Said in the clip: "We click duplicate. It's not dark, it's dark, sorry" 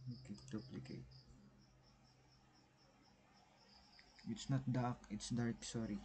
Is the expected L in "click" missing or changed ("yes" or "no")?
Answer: yes